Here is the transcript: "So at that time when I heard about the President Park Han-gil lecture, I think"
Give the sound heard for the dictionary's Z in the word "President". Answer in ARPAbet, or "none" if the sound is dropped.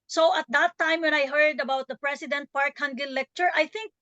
S